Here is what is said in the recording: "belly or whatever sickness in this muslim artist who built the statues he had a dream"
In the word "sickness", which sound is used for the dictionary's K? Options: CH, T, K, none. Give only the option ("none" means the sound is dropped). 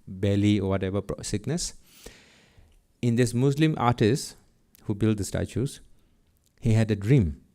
K